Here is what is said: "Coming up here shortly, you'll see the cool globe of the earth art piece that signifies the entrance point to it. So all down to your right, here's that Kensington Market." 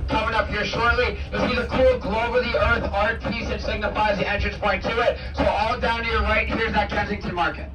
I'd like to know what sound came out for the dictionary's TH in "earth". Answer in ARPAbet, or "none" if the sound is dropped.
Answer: TH